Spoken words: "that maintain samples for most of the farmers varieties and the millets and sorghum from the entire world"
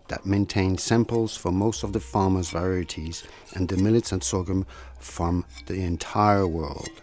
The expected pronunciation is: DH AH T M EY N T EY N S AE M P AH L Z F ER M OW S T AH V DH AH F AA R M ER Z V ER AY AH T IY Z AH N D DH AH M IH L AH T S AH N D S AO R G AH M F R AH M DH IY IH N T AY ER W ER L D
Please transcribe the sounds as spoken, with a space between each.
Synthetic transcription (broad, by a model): DH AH T M EY N T EY N S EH M P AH L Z F ER M OW S T AH V DH AH F AA R M ER Z V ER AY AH T IY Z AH N DH AH M IH L AH T S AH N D S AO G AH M F R AH M DH IY IH N T AY ER W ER L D